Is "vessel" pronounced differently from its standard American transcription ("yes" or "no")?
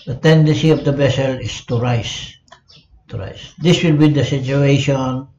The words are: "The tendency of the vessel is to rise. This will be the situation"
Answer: yes